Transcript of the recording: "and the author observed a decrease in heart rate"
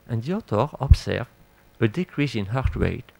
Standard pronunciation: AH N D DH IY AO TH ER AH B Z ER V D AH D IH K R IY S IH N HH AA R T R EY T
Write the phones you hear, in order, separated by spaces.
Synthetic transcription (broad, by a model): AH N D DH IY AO T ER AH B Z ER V AH D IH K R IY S IH N HH AA R T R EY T